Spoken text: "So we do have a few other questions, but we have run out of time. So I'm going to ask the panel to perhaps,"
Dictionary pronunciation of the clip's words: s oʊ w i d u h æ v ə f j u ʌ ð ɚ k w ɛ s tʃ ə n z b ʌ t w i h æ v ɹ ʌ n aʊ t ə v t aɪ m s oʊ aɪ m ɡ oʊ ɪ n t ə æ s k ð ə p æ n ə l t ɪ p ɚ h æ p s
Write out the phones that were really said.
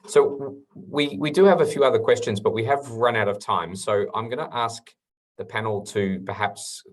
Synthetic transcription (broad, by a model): s oʊ w i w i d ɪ v ə f j u ʌ ð ɚ k w ɛ s tʃ ə n z b ʌ t w i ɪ v ɹ ʌ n aʊ t ə v t aɪ m s oʊ aɪ m ɡ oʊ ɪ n t æ s k ð ə p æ n l t ɪ p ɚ h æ p s